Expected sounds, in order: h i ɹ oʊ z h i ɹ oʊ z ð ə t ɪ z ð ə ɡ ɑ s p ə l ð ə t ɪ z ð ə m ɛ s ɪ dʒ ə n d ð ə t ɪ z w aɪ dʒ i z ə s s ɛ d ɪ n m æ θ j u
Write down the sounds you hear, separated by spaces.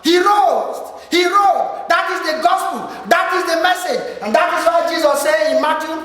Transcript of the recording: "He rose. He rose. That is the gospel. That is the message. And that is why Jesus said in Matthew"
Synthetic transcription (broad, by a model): h i ɹ oʊ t h i ɹ oʊ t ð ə t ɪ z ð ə ɡ ɑ s p ə l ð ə t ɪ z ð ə m ɛ s ɪ dʒ ə n d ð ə t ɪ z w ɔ dʒ i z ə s s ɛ ɪ n m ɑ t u